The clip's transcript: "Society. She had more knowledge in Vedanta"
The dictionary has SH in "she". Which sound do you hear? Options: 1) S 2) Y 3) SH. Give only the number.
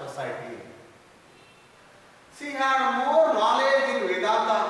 1